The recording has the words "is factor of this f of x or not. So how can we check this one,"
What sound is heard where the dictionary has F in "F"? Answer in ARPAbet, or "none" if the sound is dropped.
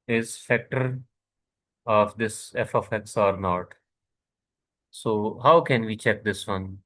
F